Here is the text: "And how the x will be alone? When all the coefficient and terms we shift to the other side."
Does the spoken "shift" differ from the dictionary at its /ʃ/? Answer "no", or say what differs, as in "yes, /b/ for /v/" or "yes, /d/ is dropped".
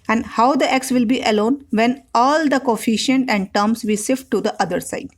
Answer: yes, /s/ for /ʃ/